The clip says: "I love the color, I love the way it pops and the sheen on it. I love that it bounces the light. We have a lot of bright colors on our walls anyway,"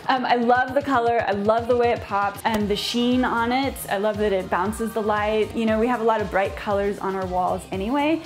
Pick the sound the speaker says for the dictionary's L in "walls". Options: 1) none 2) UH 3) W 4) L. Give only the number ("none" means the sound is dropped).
4